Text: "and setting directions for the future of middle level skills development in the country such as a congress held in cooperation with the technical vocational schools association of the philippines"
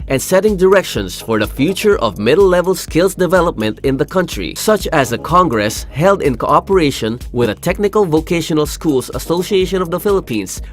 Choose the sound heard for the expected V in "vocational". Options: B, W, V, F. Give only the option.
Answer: V